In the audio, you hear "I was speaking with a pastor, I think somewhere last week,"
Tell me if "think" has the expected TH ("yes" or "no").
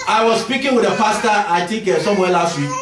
no